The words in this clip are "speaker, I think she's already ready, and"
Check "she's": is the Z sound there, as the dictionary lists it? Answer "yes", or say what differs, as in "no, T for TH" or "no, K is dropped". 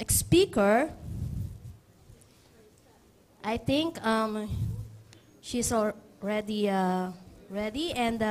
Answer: no, S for Z